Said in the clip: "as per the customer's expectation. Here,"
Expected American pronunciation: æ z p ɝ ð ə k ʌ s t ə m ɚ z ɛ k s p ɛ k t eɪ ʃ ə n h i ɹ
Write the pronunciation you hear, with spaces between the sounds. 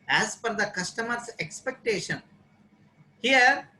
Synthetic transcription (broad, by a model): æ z f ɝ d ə k ʌ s t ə m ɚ s ɛ k s p ɛ k t eɪ ʃ ə n h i ɹ